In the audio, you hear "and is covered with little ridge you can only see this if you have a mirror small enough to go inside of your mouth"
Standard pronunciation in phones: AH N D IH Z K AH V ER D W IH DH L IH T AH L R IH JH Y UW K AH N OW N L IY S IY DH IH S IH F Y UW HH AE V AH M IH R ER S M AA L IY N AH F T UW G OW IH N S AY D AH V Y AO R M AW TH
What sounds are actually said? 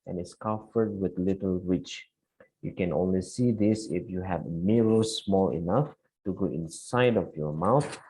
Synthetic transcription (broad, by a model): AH N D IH S K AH F ER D W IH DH L IH T AH L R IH CH Y UW K AH N OW N L IY S IY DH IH S IH F Y UW HH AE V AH M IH R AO S M AA L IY N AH F T UW G OW IH N S AY D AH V Y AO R M AW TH